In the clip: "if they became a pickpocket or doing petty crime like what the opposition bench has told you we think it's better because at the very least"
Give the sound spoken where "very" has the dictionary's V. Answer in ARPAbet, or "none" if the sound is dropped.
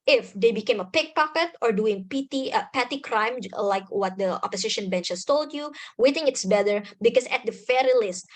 F